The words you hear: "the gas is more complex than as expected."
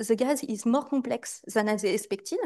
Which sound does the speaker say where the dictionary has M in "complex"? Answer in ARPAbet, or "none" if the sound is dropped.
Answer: none